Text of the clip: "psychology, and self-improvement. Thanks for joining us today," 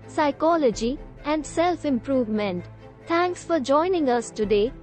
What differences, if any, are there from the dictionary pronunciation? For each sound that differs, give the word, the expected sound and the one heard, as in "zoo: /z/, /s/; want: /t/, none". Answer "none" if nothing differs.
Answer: thanks: /θ/, /t/